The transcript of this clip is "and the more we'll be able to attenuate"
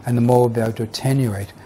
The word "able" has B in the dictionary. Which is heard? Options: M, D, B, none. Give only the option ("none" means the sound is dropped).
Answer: none